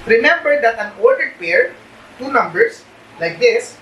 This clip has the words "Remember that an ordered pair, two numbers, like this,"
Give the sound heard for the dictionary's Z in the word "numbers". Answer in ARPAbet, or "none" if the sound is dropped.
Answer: S